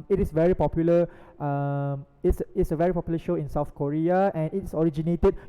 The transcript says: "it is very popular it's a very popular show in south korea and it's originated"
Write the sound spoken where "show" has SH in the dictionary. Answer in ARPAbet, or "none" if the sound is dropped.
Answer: SH